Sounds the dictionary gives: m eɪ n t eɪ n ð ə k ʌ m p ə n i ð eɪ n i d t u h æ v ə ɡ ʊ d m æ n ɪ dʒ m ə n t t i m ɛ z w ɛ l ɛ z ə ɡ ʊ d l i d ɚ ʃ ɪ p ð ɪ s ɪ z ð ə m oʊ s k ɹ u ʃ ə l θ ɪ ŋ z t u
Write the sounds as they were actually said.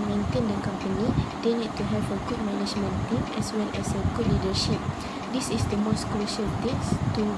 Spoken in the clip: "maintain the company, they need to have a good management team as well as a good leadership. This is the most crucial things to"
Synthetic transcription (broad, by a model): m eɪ n t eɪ n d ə k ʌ m p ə n i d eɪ n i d t u h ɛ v ə ɡ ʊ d m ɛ n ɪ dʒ m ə n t t i m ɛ s w ɛ l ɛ s ə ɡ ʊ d l i d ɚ ʃ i p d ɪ s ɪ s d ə m oʊ s k ɹ u ʃ ə l t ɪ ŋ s t u